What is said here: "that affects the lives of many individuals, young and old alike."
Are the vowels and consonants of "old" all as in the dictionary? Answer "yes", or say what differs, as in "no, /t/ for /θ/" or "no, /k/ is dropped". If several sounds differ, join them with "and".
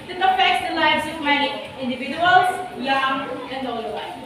no, /d/ is dropped